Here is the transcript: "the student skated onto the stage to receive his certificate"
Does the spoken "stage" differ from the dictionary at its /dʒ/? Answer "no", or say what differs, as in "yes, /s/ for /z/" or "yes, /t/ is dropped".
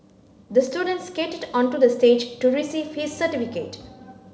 no